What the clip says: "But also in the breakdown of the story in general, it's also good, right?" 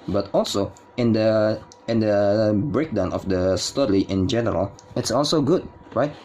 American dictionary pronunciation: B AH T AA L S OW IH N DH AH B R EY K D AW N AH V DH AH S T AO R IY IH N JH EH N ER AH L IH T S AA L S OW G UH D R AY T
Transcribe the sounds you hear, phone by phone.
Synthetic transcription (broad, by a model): B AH T AA L S OW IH N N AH B R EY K D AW N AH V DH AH S T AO L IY IH N JH EH N ER AH L IH T S AA L S OW G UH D R AY T